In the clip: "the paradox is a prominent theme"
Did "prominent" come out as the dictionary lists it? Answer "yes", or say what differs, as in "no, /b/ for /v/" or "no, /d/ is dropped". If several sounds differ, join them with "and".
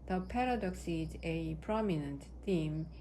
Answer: yes